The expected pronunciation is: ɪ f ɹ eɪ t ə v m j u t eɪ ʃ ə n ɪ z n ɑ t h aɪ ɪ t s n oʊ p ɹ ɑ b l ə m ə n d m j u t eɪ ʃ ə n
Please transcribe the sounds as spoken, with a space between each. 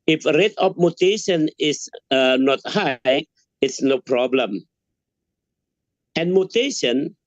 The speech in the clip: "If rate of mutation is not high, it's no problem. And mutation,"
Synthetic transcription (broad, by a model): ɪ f ɹ eɪ t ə p m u t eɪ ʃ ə n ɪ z n ɑ t h aɪ ɪ t s n oʊ p ɹ ɑ b l ə m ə n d m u t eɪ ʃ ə n